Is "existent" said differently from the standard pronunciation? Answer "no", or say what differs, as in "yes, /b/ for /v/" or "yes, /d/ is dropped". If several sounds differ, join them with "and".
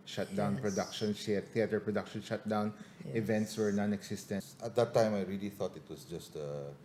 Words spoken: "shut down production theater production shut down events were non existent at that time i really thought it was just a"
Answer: yes, /s/ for /z/